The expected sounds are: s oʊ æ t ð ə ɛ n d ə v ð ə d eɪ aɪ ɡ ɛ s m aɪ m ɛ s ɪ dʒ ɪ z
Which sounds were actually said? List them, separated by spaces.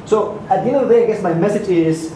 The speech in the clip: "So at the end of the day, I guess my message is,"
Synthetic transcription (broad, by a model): s oʊ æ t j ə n ə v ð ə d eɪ aɪ ɡ ɛ s m aɪ m ɛ s ɪ dʒ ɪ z